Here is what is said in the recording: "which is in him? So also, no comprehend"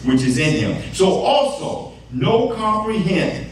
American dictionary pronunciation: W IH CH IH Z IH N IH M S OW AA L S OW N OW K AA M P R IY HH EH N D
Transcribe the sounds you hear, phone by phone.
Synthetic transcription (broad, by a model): W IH CH IH Z IH N IH M S OW AA L S OW N OW K AA M P R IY HH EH N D